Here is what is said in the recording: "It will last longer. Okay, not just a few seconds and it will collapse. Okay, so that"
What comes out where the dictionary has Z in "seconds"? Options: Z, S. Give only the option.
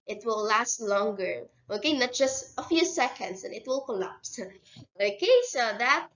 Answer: S